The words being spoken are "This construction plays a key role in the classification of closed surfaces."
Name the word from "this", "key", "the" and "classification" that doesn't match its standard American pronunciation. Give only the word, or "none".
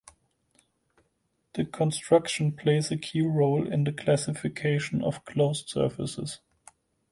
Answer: this